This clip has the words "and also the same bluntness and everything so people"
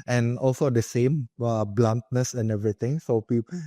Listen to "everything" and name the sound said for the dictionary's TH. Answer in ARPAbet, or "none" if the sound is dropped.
T